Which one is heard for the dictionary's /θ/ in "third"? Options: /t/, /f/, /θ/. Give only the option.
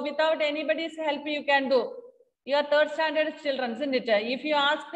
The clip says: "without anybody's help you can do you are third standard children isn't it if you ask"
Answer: /t/